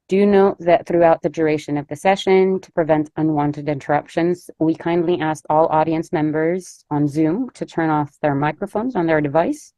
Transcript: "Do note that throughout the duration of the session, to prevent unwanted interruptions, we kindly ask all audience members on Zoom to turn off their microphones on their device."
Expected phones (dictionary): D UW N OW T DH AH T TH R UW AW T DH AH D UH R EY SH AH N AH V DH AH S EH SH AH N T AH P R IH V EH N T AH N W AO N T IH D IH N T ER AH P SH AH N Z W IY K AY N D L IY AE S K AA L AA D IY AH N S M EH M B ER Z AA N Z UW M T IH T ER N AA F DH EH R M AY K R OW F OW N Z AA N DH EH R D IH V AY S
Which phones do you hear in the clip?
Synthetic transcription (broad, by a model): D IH N OW T DH AH T TH R UW AW T DH AH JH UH R EY SH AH N AH V DH AH S EH SH AH N T AH P R IH V EH N T AH N W AO N T IH D IH N T ER AH P SH AH N Z W IY K AY N D L IY AE S K AA L AA D IY AH N S M EH M B ER Z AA N Z UW M T IH T ER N AA F DH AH R M AY K R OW F OW N Z N DH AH R D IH V AY S